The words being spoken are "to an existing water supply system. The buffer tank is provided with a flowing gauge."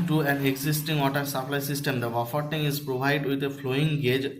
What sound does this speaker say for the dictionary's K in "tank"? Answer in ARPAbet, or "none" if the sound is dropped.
none